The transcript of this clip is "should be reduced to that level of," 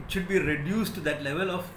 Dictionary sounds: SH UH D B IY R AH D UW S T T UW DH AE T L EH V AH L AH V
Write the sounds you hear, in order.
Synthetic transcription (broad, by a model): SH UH D B IY R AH D UW S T T UW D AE T L EH V AH L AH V